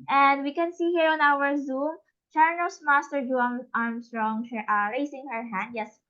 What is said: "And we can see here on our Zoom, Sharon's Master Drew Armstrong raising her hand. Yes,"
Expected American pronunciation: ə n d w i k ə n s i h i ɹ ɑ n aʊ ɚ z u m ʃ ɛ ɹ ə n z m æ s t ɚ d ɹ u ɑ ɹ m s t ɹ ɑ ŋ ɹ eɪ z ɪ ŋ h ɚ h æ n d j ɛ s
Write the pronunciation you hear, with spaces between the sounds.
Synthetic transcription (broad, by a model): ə n d w i k ə n s i h i ɹ ɑ n aʊ ɚ z u m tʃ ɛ ɹ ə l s m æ s t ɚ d u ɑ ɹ m s t ɹ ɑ ŋ ɹ eɪ s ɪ ŋ h ɚ h æ n d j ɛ s